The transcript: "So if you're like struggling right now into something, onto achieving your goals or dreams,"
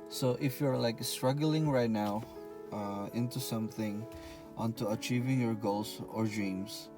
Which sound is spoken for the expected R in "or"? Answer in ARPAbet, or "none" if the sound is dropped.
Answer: R